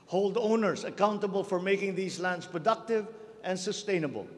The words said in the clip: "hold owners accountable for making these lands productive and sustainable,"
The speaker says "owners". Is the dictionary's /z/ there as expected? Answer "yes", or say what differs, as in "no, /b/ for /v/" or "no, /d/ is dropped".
no, /s/ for /z/